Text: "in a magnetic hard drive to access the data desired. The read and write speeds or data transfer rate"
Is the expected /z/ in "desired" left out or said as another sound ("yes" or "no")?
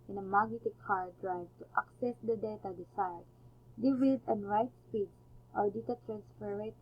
yes